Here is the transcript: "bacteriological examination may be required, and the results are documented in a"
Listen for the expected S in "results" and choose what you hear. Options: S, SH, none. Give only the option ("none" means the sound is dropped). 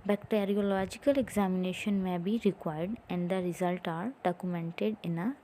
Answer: none